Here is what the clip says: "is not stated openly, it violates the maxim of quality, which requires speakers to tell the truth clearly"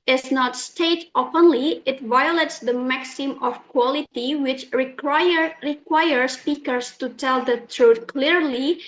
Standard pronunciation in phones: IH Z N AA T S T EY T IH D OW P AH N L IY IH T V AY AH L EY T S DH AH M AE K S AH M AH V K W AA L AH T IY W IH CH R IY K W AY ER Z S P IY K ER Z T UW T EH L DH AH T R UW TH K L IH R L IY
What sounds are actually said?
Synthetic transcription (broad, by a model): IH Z N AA T S T EY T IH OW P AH N L IY IH T V AY AH L EY T S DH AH M AE K S AH M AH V K W AA L AH T IY W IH CH R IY K W AY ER S P IY K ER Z T UW T EH L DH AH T R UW T K L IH R L IY